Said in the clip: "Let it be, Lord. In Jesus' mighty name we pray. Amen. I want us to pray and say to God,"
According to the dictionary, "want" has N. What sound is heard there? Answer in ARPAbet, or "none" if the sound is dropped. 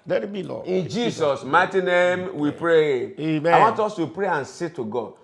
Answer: N